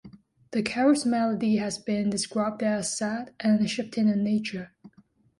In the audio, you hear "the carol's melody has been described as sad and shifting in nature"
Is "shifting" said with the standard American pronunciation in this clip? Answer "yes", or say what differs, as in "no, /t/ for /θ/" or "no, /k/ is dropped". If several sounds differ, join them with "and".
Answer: no, /p/ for /f/